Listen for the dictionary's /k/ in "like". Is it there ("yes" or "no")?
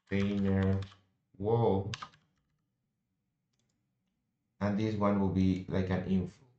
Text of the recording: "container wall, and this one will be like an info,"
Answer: yes